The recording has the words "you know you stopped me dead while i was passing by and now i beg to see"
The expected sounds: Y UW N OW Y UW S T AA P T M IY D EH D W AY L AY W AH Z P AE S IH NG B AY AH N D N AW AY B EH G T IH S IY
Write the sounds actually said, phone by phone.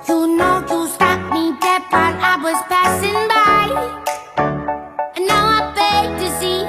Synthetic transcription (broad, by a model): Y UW N OW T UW S T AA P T M IY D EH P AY N AY W AH Z P AE S IH NG B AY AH N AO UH AY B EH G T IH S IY